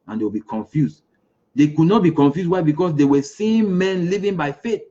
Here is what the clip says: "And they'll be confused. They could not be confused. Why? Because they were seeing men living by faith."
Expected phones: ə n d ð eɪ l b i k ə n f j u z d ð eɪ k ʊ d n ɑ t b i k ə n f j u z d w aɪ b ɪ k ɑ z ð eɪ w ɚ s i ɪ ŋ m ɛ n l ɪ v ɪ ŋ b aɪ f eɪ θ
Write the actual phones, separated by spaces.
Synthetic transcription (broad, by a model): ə n d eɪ w b i k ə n f j u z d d eɪ k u d n ɑ t b i k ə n f j u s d w aɪ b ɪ k ɑ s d eɪ w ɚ s i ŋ m ɛ n l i v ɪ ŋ b aɪ f eɪ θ